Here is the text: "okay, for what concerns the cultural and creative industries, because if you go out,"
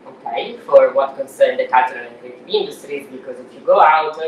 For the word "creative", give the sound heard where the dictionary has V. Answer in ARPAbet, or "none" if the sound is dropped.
none